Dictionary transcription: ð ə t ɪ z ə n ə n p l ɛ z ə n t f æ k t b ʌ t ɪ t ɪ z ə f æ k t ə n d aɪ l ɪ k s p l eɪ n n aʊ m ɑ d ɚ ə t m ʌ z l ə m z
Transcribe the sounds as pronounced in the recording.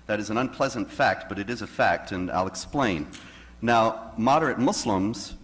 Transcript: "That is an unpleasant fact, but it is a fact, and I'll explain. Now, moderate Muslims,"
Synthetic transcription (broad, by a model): ð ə t ɪ z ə n ə n p l ɛ z ə n t f æ k t b ʌ t ɪ t ɪ z ə f æ k t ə n aɪ l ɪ k s p l eɪ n n aʊ m ɑ d ɚ ə t m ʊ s l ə m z